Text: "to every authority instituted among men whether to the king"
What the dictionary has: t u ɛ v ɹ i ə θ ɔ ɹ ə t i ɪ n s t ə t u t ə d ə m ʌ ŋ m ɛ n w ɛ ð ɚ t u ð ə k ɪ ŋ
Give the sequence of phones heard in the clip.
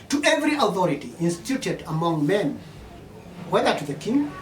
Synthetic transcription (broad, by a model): t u ɛ v ɹ i ə θ ɔ ɹ ə t i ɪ n s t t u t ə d ə m ʌ ŋ m ɛ n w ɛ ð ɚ t u ð ə k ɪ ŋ